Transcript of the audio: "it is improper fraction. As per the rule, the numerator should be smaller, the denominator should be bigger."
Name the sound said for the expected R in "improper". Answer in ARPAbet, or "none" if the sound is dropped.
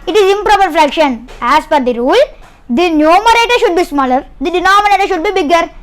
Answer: R